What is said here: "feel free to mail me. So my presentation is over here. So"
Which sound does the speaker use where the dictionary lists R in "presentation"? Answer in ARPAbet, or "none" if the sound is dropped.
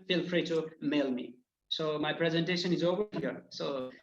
R